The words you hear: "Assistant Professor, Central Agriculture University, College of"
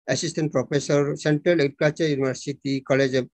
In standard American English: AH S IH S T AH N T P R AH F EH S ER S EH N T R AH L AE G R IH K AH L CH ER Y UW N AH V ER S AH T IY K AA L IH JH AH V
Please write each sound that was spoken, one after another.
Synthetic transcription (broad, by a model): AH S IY S T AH N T P R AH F EH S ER S EH N T R AH L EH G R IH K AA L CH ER Y UW N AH B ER S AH T IY K AA L IH JH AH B